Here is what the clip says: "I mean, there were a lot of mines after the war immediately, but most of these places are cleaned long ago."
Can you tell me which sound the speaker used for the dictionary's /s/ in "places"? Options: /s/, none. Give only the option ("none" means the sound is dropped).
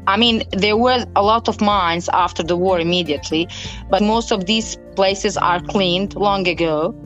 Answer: /s/